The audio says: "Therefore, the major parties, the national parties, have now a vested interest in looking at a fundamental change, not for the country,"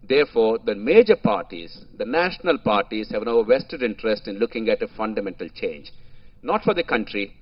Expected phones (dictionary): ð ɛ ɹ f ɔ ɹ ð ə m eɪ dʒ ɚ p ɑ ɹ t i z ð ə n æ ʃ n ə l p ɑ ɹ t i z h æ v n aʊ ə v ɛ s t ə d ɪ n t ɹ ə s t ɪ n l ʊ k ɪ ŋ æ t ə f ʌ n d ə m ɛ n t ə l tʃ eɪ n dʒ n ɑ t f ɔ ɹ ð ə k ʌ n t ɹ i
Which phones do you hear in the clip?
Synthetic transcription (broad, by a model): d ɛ ɹ f ɔ ɹ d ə m eɪ dʒ ɚ p ɑ ɹ t i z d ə n æ ʃ n ə l p ɑ ɹ t i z h æ v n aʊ ə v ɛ s t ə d ɪ n t ɹ ə s t ɪ n l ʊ k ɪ ŋ æ t ə f ʌ n d ə m ɛ n t ə l tʃ eɪ n dʒ n ɑ t f ɔ ɹ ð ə k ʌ n t ɹ i